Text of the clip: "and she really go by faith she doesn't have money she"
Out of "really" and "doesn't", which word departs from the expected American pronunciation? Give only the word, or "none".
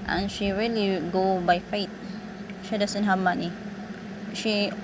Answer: doesn't